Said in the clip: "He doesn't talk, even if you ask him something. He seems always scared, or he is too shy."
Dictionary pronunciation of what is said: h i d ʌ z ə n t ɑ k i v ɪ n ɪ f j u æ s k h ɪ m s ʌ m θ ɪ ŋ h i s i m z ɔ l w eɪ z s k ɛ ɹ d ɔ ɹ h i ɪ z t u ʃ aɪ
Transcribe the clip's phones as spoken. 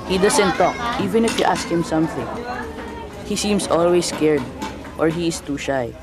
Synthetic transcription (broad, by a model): h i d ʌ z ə n t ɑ k i v ɪ n ɪ f j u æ s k h ɪ m s ʌ m θ ɪ ŋ h i s i m s ɔ l w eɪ s k ɛ ɹ d ɔ ɹ h i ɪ s t u ʃ aɪ